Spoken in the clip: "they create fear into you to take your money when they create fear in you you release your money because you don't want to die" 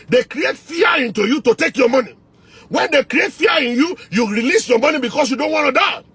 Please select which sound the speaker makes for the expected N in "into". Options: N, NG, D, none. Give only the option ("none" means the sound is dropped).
N